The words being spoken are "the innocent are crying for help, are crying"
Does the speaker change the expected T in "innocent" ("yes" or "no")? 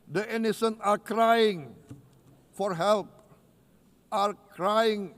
yes